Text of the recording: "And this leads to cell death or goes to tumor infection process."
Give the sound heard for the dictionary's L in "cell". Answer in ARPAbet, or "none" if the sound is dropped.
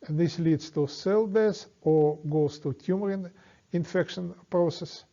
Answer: L